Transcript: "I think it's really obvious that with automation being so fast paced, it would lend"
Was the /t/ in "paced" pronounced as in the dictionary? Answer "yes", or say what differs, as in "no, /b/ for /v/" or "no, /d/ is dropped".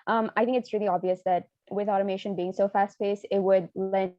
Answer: no, /t/ is dropped